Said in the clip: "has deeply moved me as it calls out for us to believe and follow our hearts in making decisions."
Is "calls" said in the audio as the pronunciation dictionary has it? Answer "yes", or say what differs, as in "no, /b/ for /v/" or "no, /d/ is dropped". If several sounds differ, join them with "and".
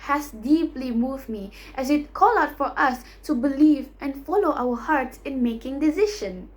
no, /z/ is dropped